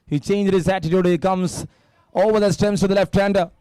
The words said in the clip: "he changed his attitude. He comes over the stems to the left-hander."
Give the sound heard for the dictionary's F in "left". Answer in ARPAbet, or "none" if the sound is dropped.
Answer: F